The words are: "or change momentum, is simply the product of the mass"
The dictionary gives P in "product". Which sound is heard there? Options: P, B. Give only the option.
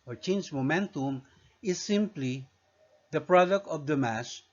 P